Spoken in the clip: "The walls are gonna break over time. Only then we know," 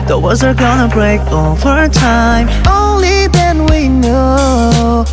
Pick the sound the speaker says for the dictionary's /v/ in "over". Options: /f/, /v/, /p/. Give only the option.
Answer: /f/